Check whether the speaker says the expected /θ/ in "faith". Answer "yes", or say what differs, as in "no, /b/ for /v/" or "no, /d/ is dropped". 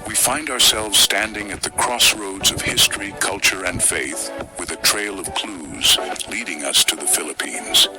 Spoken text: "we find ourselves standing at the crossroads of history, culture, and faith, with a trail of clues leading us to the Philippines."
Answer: yes